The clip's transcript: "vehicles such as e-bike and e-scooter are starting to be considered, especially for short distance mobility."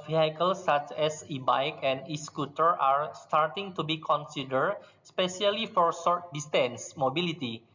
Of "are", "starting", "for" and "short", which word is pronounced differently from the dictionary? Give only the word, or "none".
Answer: short